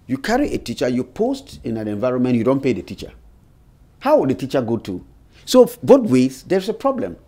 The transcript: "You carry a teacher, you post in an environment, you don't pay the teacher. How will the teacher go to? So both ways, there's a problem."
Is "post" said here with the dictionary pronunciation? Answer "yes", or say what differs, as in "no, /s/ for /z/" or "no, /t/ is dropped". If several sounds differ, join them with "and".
yes